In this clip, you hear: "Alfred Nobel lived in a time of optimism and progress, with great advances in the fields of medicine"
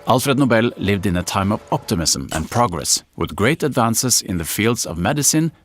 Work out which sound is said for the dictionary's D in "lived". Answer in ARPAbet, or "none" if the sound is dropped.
D